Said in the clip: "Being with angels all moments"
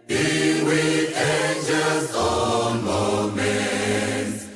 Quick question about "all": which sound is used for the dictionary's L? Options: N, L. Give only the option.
N